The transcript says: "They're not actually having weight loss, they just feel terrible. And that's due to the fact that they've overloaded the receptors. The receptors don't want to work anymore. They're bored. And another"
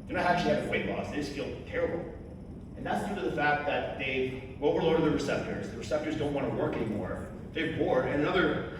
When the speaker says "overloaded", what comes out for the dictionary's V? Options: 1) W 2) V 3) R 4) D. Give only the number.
1